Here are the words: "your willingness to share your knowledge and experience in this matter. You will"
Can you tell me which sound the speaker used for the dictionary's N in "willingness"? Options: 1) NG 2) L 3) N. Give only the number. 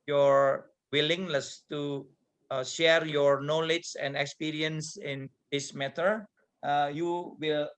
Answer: 2